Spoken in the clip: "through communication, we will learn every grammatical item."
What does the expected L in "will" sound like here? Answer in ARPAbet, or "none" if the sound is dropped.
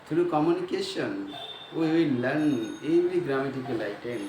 N